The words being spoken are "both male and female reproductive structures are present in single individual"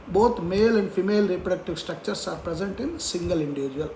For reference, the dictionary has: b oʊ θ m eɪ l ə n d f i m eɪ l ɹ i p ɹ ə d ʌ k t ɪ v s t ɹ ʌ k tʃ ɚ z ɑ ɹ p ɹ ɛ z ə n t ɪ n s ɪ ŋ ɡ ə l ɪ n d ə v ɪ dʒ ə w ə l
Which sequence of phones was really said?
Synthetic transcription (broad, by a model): b oʊ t m eɪ l ə n d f i m eɪ l ɹ i p ɹ ə d ʌ k t ɪ v s t ɹ ʌ k tʃ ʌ s ɑ ɹ p ɹ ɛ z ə n t ɪ n s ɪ ŋ ɡ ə l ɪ n d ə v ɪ dʒ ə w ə l